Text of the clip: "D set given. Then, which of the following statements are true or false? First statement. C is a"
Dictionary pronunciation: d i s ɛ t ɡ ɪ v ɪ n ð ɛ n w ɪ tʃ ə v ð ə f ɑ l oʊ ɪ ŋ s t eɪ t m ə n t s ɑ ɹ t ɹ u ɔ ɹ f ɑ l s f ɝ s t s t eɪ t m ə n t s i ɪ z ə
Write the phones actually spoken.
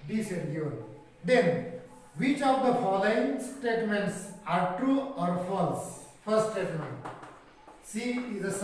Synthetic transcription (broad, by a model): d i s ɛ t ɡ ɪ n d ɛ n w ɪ tʃ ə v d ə f ɑ l oʊ ɪ ŋ s t eɪ t m ə n t s ɑ ɹ t ɹ u ɔ ɹ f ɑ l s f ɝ t s t eɪ t m ə n t s i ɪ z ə